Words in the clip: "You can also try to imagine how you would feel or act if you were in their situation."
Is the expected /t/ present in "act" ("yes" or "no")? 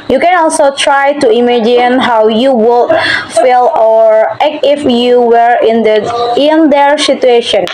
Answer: no